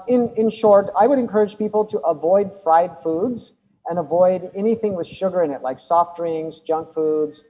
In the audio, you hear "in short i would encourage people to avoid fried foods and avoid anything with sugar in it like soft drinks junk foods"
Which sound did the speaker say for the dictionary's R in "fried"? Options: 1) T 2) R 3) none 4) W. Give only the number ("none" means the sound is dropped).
2